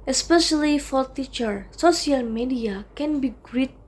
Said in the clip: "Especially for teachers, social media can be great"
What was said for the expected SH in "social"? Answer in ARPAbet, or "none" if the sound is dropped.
S